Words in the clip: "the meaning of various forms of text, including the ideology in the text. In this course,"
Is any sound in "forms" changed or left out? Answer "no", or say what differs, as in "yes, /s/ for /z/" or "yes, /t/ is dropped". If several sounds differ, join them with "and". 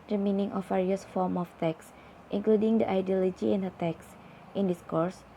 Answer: yes, /z/ is dropped